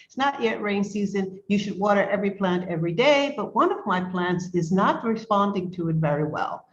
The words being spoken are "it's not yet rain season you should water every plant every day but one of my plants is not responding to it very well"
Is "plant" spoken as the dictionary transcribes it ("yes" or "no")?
yes